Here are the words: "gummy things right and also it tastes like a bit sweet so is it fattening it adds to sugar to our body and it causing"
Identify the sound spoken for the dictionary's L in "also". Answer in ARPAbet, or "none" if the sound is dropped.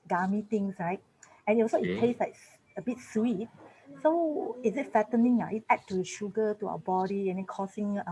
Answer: none